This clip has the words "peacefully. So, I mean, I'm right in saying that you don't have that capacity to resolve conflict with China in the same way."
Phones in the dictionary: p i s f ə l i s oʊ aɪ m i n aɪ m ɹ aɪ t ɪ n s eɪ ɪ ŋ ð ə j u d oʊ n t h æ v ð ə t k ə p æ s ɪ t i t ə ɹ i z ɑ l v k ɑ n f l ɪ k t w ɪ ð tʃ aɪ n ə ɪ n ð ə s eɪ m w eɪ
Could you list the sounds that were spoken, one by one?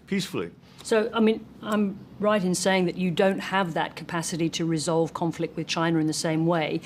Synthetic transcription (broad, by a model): p i s f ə l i s oʊ aɪ m i n aɪ m ɹ aɪ t ɪ n s eɪ ɪ ŋ ð ə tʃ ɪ d oʊ n t h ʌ v ð ə t k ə p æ s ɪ t i t ə ɹ i z ɑ l v k ɑ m f l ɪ k t w ɪ ð tʃ aɪ n ə ɪ n ð ə s eɪ m w eɪ